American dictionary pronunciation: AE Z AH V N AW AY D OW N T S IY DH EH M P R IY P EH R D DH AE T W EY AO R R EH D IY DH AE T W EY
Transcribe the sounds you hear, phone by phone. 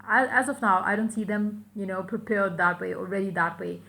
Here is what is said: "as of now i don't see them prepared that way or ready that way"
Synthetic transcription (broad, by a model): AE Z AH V N AW AY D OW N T S IY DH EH M P R IY P EH R D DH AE T W EY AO L R EH D IY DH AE T W EY